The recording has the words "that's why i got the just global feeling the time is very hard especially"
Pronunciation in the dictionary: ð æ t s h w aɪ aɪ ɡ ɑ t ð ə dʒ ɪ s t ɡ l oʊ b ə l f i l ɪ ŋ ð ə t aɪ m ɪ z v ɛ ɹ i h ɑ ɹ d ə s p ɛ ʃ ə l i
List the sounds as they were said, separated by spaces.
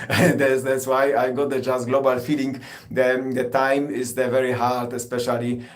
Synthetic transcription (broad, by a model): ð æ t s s w aɪ aɪ ɡ ɑ t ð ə dʒ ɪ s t ɡ l oʊ b ə l f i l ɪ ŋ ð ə t aɪ m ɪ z v ɛ ɹ i h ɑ ɹ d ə s p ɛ ʃ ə l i